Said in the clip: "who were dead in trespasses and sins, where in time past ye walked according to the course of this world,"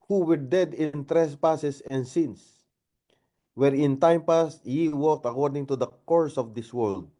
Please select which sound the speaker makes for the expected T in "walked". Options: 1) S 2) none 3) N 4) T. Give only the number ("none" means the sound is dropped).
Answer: 4